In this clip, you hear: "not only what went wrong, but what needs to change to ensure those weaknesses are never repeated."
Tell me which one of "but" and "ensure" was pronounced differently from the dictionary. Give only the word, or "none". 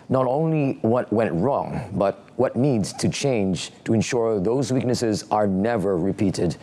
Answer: none